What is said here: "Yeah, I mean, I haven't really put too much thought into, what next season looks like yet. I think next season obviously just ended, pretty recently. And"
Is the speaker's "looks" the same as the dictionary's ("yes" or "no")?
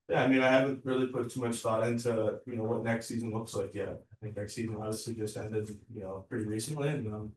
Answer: yes